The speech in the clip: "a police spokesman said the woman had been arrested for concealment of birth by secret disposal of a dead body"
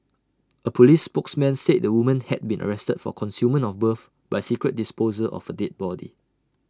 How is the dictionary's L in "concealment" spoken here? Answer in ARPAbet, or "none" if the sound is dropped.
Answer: none